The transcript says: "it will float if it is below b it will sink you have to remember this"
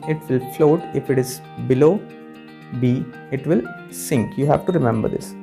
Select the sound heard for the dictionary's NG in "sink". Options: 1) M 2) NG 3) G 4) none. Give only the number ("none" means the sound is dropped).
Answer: 2